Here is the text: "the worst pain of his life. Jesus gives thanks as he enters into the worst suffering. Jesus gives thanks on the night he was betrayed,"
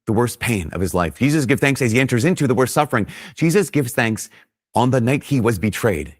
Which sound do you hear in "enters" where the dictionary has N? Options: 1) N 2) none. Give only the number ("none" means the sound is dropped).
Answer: 1